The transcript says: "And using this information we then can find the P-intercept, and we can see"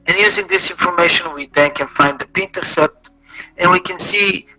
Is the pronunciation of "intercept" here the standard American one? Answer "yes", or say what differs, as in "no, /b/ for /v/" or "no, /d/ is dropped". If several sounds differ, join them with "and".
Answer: no, /p/ is dropped